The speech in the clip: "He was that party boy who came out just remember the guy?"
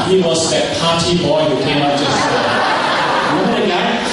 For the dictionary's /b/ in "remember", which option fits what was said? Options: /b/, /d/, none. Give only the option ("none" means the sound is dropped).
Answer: none